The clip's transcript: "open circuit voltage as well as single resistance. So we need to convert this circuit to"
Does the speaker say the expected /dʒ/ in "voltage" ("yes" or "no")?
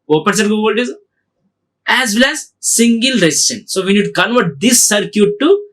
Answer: no